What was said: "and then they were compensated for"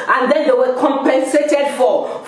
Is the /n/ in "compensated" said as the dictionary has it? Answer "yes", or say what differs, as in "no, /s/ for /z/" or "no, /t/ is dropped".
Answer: yes